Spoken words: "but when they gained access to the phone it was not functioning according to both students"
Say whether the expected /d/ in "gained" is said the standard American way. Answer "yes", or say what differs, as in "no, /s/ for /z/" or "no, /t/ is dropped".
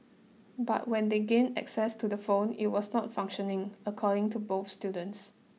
no, /d/ is dropped